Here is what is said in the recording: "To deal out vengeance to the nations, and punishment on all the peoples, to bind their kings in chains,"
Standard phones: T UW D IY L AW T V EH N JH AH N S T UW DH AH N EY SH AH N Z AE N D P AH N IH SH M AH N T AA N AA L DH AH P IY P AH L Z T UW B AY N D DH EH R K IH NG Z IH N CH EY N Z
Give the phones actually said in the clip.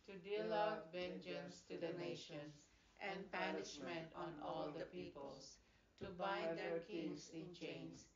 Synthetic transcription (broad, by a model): T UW D IY L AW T V EH N JH AH N S T UW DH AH N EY SH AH N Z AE N D P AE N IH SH M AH N T AA N AA L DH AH P IY P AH L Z T UW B AY D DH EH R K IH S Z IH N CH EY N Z